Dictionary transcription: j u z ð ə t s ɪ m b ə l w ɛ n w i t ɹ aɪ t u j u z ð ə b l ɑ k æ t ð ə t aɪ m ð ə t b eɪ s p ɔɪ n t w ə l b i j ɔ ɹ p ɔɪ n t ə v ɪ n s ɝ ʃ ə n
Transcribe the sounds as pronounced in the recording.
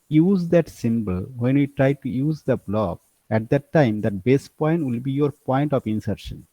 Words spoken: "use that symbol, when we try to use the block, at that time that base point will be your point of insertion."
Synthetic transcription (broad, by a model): j u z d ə t s ɪ m b ə l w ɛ n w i t ɹ aɪ t u j u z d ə b l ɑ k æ t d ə t aɪ m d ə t b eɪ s p ɔɪ n t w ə l b i j ɔ ɹ p ɔɪ n t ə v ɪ n s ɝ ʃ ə n